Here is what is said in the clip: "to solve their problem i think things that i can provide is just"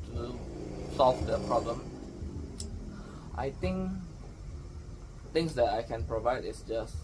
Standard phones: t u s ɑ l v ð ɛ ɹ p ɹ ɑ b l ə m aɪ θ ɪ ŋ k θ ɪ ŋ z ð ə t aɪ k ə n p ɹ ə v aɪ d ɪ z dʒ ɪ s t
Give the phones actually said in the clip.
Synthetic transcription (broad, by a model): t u s ɑ l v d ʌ p ɹ ɑ b l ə m aɪ t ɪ ŋ k t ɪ ŋ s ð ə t aɪ k ə n p ɹ ə v aɪ d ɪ s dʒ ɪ s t